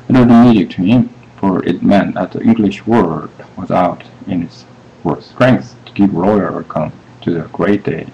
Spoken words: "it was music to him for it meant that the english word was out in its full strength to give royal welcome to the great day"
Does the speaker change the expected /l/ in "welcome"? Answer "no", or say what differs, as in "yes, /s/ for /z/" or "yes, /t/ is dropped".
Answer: yes, /l/ is dropped